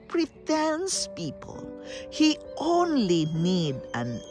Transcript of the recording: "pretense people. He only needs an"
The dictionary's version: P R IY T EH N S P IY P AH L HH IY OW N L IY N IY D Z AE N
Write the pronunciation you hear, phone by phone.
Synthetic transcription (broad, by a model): P R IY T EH N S P IY P AH L HH IY OW N L IY N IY D AE N